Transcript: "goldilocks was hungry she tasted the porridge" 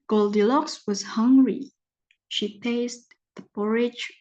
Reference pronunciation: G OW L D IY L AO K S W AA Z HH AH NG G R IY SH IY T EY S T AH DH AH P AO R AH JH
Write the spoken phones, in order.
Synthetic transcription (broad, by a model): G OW L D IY L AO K S W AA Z HH AH NG G R IY SH IY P EY S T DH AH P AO R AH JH